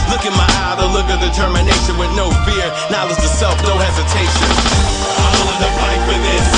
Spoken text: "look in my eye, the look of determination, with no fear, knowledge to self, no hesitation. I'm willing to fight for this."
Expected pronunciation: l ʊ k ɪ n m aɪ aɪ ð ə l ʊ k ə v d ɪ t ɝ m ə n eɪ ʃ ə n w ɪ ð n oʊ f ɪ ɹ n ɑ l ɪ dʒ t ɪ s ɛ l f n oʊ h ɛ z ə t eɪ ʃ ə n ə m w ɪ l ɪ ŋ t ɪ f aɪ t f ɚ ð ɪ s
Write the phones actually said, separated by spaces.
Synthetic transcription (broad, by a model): l ʊ k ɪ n m aɪ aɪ ð ə l ʊ k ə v d ɪ t ɝ m ə n eɪ ʃ ə n w ɪ ð n oʊ f ɪ ɹ n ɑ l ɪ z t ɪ s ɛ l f n oʊ h ɛ z ə t eɪ ʃ ə n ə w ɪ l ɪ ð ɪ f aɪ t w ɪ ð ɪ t